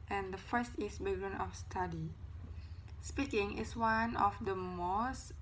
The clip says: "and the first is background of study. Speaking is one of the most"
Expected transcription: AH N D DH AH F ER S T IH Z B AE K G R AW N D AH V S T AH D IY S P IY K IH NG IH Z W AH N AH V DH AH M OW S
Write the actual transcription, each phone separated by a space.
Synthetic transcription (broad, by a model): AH N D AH F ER S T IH S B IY G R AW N AH F S T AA D IY S P IY K IH NG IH S W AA N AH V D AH M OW S